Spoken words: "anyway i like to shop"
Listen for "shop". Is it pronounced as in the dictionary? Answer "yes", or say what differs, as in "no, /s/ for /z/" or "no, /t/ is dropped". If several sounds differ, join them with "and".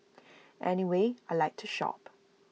yes